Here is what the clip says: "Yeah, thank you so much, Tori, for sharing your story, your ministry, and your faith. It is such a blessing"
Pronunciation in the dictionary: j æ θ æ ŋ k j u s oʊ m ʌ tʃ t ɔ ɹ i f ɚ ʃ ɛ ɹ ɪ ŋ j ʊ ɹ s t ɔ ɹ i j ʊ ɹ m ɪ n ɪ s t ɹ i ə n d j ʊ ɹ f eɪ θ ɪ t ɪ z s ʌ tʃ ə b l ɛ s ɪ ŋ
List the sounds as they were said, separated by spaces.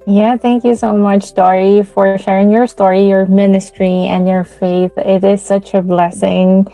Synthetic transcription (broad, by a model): j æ θ æ ŋ k j u s oʊ m ʌ tʃ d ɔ ɹ i f ɚ ʃ ɛ ɹ ɪ ŋ j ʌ ɹ s t ɔ ɹ i j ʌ ɹ m ɪ n ɪ s t ɹ i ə n j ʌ ɹ f eɪ θ ɪ t ɪ z s ʌ tʃ ə b l ɛ s ɪ ŋ